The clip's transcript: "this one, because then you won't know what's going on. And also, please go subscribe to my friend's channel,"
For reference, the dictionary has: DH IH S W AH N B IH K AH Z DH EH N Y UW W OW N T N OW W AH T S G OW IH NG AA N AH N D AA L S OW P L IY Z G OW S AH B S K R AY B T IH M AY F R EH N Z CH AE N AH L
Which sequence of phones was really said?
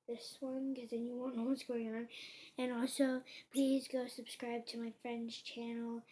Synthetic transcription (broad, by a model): DH IH S W AH N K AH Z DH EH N Y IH W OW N N OW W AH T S G OW IH NG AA N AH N AA L S OW P L IY Z G OW S AH B S K R AY B T IH M AY F R EH N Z CH AE N L